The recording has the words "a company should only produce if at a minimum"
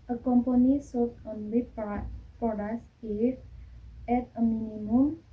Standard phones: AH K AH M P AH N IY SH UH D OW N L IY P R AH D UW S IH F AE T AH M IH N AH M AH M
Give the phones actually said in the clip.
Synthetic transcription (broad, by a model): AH K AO M P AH N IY S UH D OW N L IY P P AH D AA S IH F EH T AH M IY N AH M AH M